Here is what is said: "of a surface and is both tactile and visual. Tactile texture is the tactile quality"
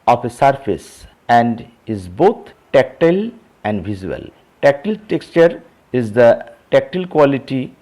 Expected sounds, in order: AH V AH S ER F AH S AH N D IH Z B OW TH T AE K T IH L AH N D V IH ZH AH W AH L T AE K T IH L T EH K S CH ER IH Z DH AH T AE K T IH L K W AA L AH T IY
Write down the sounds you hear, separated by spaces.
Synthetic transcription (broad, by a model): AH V AH S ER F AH S AH N D IH Z B OW T T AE K T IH L AH N D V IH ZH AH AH L T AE K T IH L T EH K S CH ER IH Z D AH T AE K T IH L K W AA L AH T IY